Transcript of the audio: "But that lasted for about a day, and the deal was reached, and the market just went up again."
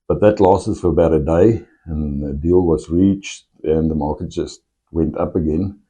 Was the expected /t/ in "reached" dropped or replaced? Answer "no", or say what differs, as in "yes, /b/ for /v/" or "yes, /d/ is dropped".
no